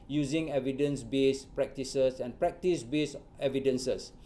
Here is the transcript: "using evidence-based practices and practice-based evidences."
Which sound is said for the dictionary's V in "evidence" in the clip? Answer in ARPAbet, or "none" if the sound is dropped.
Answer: V